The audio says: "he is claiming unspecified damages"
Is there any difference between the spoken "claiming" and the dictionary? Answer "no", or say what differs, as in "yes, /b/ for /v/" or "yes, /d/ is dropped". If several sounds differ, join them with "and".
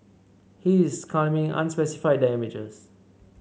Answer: yes, /l/ is dropped